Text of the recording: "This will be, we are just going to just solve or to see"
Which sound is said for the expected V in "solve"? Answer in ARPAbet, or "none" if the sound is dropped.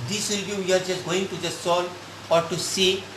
none